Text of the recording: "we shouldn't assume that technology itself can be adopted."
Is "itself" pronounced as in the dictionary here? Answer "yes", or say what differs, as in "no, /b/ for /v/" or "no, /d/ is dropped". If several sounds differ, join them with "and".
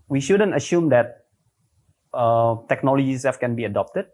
no, /l/ is dropped